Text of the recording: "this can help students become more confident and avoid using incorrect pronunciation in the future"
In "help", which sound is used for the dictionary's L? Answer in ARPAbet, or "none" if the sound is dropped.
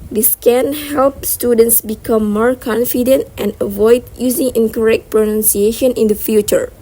L